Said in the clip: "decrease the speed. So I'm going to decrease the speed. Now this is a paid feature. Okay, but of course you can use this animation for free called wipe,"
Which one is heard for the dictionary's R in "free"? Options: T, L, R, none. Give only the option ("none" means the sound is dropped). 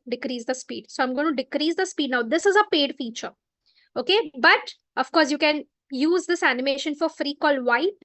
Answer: R